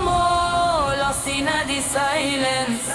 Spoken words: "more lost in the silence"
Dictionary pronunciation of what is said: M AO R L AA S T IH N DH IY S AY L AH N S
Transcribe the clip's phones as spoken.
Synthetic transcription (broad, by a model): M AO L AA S IH N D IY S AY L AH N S